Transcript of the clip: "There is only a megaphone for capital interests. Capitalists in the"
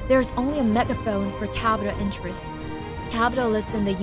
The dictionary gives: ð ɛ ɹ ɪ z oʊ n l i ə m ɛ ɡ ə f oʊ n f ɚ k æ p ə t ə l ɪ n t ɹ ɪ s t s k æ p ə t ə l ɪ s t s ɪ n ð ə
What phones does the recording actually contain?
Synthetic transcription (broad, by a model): ð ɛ ɹ ɪ z oʊ n l i ə m ɛ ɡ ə f oʊ n f ɚ k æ b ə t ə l ɪ n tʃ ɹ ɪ s t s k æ b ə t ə l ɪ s s ɪ n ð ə